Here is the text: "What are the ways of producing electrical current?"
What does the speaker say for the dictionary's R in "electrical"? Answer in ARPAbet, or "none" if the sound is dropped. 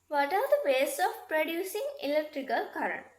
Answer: R